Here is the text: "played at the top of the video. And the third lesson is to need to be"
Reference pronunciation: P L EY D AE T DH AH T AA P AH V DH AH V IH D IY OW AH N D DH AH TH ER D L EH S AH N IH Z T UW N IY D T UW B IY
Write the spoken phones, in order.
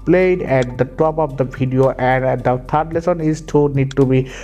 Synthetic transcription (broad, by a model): P L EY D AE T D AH T AA P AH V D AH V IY D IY OW AH N D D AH T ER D L EH S AH N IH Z T UW N IY D T UW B IY